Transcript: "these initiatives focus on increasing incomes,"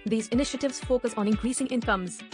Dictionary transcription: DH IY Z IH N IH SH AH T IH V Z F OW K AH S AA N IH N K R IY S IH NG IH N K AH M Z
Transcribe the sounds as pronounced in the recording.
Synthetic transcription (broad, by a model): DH IY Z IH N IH SH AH T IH V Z F OW K AH S AA N IH N K R IY S IH NG IH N K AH M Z